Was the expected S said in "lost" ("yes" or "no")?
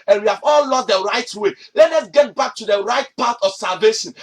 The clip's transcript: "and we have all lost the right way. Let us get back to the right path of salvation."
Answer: no